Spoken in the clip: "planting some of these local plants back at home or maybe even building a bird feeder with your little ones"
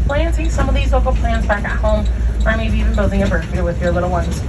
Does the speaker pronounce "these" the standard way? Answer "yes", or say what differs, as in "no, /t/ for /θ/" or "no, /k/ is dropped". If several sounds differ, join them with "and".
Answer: yes